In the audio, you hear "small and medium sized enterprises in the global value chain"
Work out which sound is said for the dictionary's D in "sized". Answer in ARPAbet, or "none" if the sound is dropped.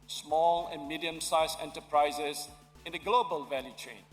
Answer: none